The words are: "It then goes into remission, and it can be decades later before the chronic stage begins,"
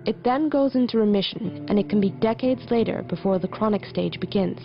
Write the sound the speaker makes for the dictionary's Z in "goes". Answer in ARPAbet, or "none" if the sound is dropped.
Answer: Z